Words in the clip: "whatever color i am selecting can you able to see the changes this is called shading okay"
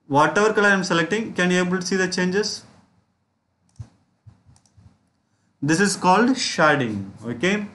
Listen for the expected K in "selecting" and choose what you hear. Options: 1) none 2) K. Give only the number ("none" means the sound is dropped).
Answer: 2